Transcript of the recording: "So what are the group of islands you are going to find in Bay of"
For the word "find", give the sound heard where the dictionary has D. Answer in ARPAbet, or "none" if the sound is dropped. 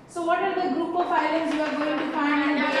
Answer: none